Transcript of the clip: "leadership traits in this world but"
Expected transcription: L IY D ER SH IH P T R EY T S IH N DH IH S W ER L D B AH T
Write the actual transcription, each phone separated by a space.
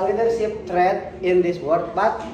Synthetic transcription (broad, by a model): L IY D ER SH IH P T R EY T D IH N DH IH S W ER D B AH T